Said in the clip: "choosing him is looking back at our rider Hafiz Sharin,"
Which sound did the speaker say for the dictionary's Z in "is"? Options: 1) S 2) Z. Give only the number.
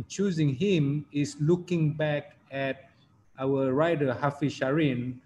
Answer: 1